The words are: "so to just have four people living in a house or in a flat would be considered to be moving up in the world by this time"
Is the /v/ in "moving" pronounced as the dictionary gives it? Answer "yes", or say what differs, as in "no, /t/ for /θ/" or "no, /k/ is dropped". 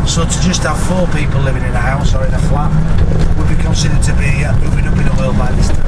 no, /w/ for /v/